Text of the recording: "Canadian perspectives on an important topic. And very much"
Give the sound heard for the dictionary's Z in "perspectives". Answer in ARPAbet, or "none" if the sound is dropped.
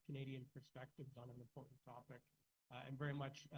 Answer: Z